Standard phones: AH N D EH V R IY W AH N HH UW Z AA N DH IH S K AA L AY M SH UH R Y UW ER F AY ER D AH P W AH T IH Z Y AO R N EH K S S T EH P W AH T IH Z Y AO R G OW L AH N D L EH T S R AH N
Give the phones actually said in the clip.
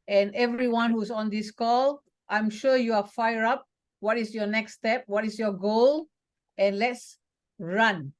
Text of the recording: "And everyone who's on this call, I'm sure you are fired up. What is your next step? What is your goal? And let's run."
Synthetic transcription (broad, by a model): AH N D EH V R IY W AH N HH UW S AA N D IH S K AA L AY M SH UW Y UW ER F AY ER AA P W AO T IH S Y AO N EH K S S T EH P W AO T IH S Y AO G OW L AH N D L EH T S R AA N